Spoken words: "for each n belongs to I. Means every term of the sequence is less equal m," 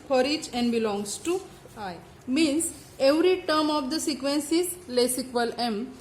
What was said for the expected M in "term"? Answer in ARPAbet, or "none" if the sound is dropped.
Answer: M